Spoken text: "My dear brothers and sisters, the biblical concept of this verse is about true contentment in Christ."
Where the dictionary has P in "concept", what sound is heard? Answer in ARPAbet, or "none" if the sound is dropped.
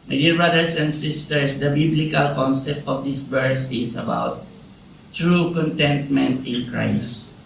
P